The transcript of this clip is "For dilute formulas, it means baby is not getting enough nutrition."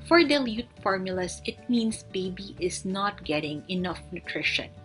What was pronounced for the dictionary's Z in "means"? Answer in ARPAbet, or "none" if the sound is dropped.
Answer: S